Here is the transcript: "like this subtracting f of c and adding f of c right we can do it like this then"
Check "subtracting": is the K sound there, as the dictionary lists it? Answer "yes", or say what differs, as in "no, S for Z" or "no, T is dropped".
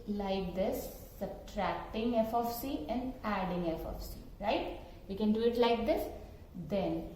yes